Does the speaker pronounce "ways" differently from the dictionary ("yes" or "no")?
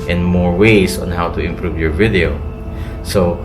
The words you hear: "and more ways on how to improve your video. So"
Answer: yes